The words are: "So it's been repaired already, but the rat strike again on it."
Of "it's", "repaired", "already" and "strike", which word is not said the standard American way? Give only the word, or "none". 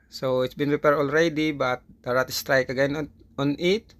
none